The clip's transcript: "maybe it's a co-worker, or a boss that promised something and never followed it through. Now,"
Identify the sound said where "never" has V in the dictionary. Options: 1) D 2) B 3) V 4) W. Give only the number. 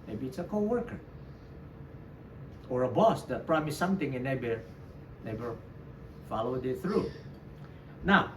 2